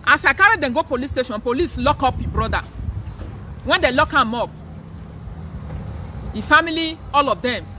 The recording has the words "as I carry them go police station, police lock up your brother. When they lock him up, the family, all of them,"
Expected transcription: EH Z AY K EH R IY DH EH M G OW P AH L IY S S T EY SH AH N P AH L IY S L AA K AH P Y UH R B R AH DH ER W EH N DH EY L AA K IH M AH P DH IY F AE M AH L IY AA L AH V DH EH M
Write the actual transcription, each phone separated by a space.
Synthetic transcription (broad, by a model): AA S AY K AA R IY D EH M G OW P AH L IY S S T EY SH AH N P AH L IY S L AA K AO P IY B R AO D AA W EH N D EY L AA K IH M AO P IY F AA M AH L IY AA L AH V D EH M